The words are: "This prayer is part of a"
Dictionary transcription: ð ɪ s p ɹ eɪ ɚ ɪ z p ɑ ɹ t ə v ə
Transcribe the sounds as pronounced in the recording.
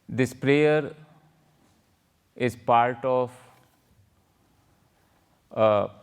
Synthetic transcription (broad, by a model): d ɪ s p ɹ eɪ ɚ ɪ z p ɑ ɹ t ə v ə